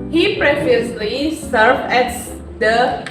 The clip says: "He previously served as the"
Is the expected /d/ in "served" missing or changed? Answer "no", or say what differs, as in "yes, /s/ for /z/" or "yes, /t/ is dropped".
yes, /d/ is dropped